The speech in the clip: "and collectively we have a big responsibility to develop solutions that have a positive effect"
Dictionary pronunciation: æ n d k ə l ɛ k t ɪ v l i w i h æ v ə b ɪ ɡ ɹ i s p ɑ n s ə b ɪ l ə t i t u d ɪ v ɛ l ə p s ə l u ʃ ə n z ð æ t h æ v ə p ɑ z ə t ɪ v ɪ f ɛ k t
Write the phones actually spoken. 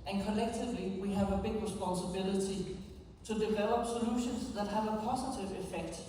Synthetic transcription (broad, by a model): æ n k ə l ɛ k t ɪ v l i w i h æ v ə b ɪ ɡ ɹ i s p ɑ n s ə b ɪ l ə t i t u d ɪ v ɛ l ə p s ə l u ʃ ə n s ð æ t h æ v ə p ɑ s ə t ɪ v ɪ f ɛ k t